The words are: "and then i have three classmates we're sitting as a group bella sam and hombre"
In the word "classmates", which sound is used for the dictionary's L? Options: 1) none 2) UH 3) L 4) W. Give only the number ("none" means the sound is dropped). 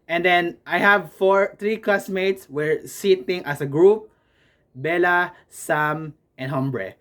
1